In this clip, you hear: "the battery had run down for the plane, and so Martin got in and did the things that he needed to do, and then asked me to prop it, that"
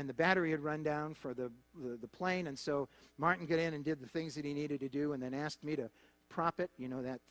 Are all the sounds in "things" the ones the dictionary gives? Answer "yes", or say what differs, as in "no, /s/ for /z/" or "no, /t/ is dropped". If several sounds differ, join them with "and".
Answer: yes